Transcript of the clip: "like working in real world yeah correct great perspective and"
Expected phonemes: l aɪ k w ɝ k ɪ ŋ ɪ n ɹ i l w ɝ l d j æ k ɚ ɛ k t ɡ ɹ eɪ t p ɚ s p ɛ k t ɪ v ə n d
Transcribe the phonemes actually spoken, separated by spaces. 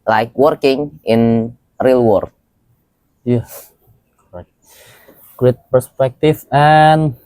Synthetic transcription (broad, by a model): l aɪ k w ɝ k ɪ ŋ ɪ n ɹ i l w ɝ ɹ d j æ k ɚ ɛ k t ɡ ɹ eɪ t p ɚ s p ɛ k t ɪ f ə n